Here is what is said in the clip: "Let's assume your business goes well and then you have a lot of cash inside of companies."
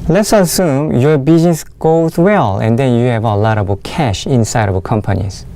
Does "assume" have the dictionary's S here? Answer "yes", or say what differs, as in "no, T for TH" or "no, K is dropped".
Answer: yes